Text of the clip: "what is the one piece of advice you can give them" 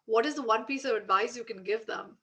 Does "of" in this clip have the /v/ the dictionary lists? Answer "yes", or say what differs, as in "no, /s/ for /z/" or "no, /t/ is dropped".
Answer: yes